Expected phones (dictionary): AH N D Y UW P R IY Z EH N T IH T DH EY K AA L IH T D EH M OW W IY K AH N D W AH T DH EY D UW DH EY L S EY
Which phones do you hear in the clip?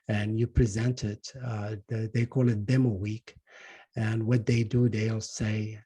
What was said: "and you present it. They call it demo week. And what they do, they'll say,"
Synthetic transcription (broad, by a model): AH N Y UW P R IY Z EH N T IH T DH EY K AA L IH T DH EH M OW W IY K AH N W AH T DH EY D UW DH EY L S EY